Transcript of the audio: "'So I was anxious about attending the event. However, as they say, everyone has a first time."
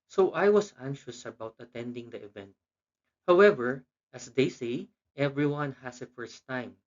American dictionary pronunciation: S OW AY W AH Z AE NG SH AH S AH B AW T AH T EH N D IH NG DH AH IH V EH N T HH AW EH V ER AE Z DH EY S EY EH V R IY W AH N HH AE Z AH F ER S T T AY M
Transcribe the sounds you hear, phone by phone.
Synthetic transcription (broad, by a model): S OW AY W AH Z AE NG SH AH S AH B AW T AH T EH N D IH NG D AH IH V EH N T HH AW EH V ER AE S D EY S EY EH V R IY W AH N HH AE S AH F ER S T T AY M